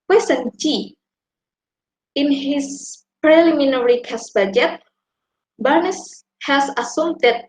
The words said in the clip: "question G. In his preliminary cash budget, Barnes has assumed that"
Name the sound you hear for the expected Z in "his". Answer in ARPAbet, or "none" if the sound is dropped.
S